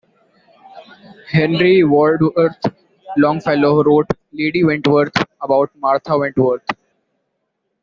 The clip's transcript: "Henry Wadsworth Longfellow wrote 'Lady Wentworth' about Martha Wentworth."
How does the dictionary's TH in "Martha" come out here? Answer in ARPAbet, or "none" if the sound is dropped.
T